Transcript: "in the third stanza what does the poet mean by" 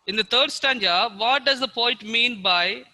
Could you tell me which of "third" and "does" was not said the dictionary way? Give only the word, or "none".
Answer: third